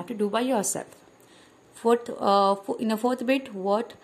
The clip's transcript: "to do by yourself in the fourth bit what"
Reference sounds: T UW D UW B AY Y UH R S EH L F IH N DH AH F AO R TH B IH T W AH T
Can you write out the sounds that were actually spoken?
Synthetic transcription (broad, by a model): T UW D UW B AY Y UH R S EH L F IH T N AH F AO R T B IH T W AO T